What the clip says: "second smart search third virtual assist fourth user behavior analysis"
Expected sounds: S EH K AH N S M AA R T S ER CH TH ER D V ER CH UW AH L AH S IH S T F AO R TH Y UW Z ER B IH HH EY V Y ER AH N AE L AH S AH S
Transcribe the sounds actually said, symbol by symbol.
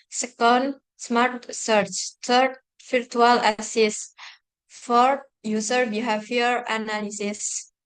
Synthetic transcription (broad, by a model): S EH K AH N S M AA R T S ER CH T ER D F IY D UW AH L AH S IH S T F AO R T Y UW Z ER B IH HH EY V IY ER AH N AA L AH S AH S